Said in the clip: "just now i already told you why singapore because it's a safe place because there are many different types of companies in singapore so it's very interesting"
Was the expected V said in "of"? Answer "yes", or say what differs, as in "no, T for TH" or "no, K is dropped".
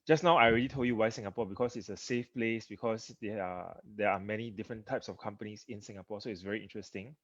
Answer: no, F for V